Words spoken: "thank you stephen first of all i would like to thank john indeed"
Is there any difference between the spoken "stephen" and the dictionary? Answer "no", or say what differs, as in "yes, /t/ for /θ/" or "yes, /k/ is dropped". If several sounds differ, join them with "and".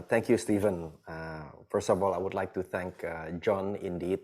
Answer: no